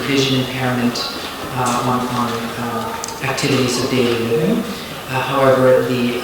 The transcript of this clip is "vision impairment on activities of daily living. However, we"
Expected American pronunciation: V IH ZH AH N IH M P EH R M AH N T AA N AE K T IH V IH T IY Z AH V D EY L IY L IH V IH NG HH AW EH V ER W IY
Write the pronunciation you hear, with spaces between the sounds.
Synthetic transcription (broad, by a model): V IH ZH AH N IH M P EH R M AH N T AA N AE K T IH V IH T IY Z AH V D EY L IY L IH V IH NG HH AW EH V ER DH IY